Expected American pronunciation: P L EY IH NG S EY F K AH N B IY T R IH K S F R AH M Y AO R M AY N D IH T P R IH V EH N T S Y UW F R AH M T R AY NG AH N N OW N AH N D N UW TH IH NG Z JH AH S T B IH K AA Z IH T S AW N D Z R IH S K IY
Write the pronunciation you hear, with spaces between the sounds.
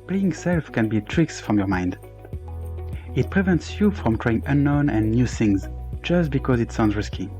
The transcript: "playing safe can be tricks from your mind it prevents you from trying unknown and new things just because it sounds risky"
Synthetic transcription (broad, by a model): P L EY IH NG S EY F K AH N B IY T R IH K S F R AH M Y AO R M AY N D IH T P R IH V EH N T S Y UW F R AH M T R AY NG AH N N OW N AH N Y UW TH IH NG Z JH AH S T B IH K AA Z IH T S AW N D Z R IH S K IY